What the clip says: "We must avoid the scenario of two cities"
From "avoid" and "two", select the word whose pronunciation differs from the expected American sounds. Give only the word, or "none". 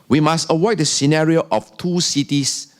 avoid